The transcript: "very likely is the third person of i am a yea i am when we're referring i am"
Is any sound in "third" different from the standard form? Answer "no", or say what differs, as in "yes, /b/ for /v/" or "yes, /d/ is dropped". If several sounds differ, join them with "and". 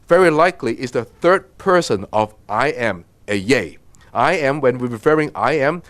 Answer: no